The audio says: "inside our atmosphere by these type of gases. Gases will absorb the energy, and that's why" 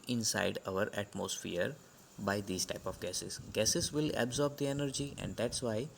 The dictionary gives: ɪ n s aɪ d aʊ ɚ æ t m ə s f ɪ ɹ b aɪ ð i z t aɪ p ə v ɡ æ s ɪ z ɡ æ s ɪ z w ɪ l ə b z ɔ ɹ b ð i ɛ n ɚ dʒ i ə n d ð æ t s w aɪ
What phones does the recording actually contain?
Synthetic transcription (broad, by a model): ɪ n s aɪ d aʊ ɚ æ t m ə s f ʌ ɹ b aɪ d i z t aɪ p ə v ɡ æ s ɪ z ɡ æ s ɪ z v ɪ l ə b z ɔ ɹ b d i ɛ n ɚ dʒ i ə n d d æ t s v aɪ